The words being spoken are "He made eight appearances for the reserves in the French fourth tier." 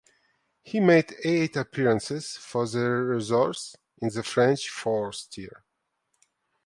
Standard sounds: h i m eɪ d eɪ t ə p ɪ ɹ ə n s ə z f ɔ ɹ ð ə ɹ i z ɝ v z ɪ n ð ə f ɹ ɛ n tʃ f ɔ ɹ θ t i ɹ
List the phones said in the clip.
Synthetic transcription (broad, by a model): h i m eɪ d eɪ t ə p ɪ ɹ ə n s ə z f ɔ ɹ ð ə ɹ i z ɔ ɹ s ɪ n ð ə f ɹ ɛ n tʃ f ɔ ɹ s t i ɹ